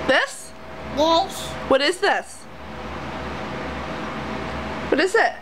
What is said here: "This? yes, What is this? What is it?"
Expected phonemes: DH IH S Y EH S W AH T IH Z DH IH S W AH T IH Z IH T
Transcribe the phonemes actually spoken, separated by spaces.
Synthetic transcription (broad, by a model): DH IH S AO W AH T IH Z DH IH S W AH T IH Z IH T